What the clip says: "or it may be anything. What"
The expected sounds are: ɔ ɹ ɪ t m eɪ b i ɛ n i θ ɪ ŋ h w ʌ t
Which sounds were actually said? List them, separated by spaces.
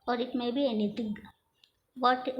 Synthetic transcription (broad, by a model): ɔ ɹ ɪ t m eɪ b i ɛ n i t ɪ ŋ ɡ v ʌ t